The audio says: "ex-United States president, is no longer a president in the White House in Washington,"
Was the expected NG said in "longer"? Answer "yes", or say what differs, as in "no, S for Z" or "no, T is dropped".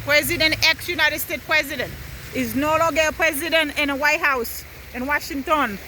no, NG is dropped